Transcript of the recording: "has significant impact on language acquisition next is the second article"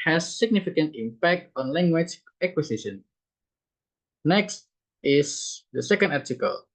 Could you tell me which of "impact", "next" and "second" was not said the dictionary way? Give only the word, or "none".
none